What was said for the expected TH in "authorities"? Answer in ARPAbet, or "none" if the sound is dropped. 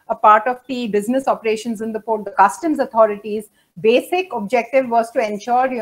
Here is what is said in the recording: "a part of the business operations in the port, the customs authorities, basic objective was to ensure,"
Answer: T